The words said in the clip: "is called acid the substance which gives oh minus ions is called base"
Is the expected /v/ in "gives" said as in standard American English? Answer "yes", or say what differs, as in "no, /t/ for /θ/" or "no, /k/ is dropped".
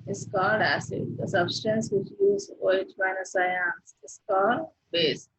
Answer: no, /v/ is dropped